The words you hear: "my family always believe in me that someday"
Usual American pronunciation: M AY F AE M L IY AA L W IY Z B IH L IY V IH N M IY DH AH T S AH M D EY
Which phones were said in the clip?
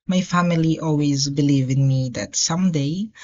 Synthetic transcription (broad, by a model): M AY F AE M L IY AA L W IY Z B IH L IY V IH N M IY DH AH T S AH M D EY